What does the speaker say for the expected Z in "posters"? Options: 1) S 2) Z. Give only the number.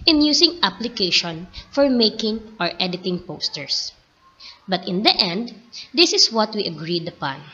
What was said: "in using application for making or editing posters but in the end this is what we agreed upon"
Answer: 1